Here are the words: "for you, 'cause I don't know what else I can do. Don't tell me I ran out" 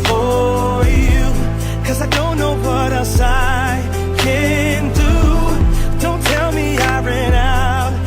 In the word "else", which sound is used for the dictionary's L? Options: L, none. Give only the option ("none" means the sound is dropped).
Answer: none